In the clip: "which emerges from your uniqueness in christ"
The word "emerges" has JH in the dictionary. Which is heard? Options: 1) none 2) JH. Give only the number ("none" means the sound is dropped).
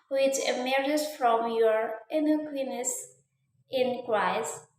1